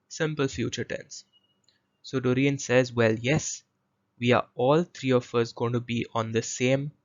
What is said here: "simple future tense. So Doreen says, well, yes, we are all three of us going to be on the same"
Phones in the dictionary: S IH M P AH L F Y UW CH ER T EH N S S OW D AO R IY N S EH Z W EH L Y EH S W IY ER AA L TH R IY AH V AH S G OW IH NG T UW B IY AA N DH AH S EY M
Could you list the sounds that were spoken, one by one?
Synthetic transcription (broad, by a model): S IH M P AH L F Y UW CH ER T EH N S S OW D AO R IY N S EH Z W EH L Y EH S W IY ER AA L T R IY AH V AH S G OW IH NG T UW B IY AA N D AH S EY M